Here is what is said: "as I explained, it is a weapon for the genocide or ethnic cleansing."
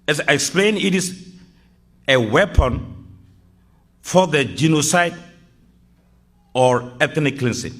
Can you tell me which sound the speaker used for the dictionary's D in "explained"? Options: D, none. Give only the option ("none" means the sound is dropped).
none